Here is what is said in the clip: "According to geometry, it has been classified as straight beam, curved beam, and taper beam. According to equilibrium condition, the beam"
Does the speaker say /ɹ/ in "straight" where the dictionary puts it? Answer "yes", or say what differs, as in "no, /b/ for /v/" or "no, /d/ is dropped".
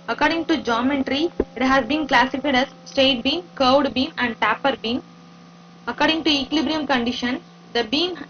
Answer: no, /ɹ/ is dropped